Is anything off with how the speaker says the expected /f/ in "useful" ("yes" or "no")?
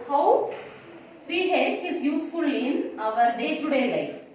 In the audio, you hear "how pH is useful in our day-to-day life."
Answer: no